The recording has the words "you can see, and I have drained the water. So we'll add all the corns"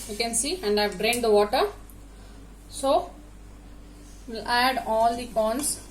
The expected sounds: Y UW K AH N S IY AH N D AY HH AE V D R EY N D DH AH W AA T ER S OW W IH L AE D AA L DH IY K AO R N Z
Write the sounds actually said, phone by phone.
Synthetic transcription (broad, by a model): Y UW K AH N S IY AH N D AY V D R EY N D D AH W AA T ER S OW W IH L AE D AA L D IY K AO N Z